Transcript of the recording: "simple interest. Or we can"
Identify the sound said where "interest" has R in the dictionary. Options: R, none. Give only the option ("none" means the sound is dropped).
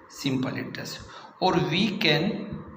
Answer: none